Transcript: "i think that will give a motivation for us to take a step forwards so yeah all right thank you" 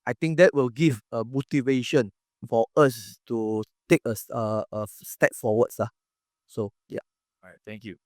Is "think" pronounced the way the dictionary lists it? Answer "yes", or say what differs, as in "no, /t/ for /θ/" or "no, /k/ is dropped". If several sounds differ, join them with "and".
no, /t/ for /θ/